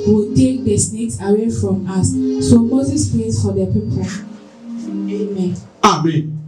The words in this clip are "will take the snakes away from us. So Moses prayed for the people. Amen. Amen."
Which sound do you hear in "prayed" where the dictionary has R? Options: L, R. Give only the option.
L